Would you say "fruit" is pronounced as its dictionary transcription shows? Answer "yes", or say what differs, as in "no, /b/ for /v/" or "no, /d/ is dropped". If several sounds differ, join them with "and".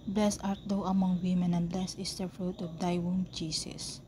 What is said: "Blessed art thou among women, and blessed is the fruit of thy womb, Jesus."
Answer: yes